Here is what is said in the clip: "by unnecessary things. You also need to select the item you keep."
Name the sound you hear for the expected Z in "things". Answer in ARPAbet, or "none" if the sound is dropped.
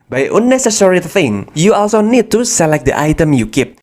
none